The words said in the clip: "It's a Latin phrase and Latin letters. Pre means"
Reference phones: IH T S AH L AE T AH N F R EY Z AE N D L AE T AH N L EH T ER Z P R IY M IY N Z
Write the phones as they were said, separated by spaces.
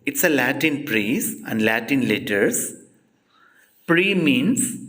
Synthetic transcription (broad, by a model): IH T S AH L AE T AH N P R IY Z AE N D L AE T AH N L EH T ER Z P R IY M IY N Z